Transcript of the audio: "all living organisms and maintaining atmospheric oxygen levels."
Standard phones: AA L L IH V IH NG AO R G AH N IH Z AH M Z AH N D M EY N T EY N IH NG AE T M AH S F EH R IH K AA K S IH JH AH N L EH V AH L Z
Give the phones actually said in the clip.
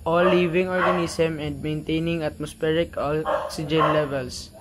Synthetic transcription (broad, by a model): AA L L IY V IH NG AO R G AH N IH S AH M AH N D M EY N T EY N IH NG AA T M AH S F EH R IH K AA K S IH JH AH N L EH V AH L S